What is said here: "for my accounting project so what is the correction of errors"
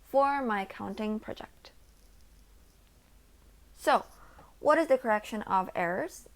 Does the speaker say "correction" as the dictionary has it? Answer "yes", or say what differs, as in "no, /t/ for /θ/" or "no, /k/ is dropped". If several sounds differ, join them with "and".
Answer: yes